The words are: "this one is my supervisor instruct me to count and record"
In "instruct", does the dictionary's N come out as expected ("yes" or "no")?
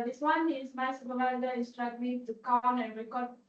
no